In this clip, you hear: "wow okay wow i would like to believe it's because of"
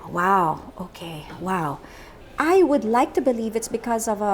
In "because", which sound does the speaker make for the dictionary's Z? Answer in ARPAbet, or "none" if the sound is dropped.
Z